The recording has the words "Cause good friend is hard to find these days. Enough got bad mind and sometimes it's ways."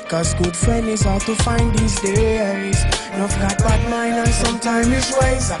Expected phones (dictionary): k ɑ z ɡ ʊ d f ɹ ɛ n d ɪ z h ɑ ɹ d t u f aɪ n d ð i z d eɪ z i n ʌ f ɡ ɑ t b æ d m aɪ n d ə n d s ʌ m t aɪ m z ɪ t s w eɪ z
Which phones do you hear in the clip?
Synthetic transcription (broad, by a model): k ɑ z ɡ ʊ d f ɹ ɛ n ɪ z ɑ t u f aɪ n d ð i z d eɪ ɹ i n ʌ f ɡ ɑ t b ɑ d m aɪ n ə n s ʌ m t aɪ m ɪ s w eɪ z